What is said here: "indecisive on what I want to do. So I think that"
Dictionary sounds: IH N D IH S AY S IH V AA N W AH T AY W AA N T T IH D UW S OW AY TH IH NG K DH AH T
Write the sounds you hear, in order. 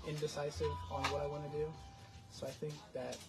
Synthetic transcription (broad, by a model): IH N D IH S AY S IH V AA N W AH T AY W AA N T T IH D UW S OW AY TH IH NG K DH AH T